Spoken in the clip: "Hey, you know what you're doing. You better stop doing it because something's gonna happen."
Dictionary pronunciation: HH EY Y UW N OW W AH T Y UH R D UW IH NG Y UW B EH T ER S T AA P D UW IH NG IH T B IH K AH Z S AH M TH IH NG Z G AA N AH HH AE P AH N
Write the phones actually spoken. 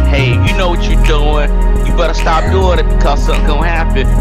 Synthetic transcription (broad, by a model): HH EY Y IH N OW W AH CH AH R D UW IH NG Y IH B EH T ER S T AA P D UW IH NG IH T B IH K AH Z S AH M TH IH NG G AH HH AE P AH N